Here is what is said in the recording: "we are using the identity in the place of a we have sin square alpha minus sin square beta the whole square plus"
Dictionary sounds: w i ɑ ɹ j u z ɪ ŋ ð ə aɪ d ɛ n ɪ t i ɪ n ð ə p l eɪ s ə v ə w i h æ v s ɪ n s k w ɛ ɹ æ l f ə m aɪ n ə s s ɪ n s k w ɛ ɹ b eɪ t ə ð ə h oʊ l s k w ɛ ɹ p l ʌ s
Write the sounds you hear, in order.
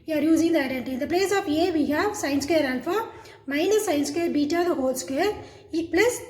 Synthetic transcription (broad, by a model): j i ɑ ɹ j u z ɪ ŋ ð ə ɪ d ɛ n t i ɪ n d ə p l eɪ s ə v ə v i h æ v s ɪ n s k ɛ ɹ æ n f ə m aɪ n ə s s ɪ n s k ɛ ɹ b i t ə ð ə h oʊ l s k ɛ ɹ p l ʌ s